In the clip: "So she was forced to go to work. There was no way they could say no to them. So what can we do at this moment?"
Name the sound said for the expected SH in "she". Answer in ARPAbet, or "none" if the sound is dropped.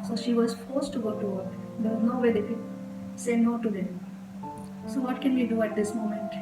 SH